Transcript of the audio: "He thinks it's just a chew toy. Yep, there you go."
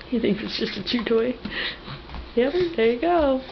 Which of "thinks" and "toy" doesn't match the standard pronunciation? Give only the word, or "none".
thinks